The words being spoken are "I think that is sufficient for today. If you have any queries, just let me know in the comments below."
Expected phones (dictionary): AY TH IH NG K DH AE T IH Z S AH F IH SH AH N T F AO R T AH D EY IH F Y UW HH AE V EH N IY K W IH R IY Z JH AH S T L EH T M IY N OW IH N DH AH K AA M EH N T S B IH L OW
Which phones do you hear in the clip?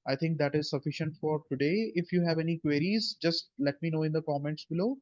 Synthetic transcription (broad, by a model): AY T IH NG K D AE T IH Z S AH F IH SH AH N T F AO R T AH D EY IH F Y UW HH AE V EH N IY K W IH R IY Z JH AH S T L EH T M IY N OW IH N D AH K AA M EH N T S B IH L OW